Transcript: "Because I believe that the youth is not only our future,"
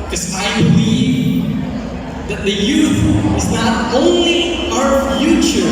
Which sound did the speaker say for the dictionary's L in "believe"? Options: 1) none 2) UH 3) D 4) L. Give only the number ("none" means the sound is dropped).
1